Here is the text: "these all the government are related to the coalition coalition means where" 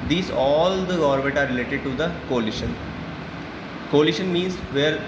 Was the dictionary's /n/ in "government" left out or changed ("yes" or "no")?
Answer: yes